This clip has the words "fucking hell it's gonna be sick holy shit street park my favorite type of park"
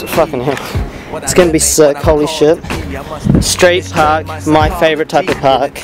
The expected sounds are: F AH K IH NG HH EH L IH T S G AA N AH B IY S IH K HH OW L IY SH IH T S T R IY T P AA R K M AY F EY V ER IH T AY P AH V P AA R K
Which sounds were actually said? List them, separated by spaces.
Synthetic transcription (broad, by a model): F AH K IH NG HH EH IH T S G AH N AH B IY S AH K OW L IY SH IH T S T R IY T P AA R K M AY F EY V ER IH T AY P AH V P AA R K